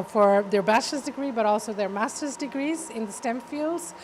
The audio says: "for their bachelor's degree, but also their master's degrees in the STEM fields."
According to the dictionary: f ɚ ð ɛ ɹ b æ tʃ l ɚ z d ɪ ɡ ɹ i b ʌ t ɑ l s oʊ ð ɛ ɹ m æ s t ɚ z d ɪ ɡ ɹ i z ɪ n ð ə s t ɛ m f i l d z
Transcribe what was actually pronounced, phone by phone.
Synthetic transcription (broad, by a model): f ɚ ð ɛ ɹ b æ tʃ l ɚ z d ɪ ɡ ɹ i b ʌ t ɑ l s oʊ ð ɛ ɹ m æ s t ɚ z d ɪ ɡ ɹ i z ɪ n ð ə s t ɛ m f i l d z